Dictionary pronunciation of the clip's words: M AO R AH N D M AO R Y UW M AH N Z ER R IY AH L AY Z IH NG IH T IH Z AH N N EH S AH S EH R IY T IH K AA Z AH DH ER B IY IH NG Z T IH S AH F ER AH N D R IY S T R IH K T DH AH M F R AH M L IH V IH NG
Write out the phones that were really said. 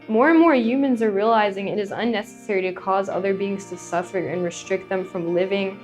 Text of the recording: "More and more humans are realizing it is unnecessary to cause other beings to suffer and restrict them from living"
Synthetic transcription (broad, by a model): M AO R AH N M AO R Y UW M AH N Z ER R IY AH L AY Z IH NG IH T IH Z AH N N EH S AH S EH R IY T IH K AA Z AH DH ER B IY IH NG Z T IH S AH F ER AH N R IY S T R IH K T DH AH M F R AH M L IH V IH NG